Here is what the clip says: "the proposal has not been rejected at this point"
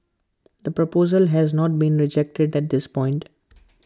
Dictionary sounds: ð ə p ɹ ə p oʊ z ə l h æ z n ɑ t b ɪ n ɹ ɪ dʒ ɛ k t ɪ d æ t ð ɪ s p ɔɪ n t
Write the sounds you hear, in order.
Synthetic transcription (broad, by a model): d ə p ɹ ə p oʊ z ə l h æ z n ɑ t b ɪ n ɹ ɪ dʒ ɛ k t ɪ d æ t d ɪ s p ɔɪ n t